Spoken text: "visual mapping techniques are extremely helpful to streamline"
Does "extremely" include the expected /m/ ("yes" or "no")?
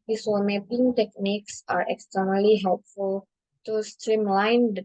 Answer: no